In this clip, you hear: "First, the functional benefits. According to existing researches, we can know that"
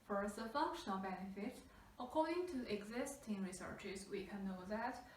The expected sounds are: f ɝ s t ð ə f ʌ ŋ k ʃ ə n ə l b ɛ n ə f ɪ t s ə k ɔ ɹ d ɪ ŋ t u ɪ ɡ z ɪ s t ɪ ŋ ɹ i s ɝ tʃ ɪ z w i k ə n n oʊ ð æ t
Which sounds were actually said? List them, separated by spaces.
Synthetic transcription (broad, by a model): f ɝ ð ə f ʌ ŋ k ʃ ə n ə l b ɛ n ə f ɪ t ə k ɔ ɹ d ɪ ŋ t u ɪ ɡ z ɪ s t ɪ ŋ ɹ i s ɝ tʃ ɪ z w i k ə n n oʊ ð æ t